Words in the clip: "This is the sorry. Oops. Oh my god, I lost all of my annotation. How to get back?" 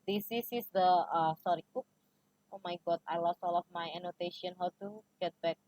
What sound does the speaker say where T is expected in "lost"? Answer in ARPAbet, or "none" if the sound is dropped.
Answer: none